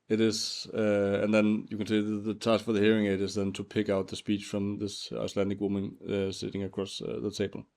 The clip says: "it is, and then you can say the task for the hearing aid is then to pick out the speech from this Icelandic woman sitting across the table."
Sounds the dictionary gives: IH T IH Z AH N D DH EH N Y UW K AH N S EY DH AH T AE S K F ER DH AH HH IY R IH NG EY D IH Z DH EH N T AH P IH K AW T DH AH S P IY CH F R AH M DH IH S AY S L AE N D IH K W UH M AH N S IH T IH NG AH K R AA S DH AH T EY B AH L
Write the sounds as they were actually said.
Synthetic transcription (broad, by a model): IH T IH Z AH N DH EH N Y UW K AH N S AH DH AH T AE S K F ER DH AH HH IY R IH NG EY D IH Z DH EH N T AH P IH K AW T DH AH S P IY CH F R AH M DH IH S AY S L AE N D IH K W UH M AH N S IH T IH NG AH K R AA S DH AH T EY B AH L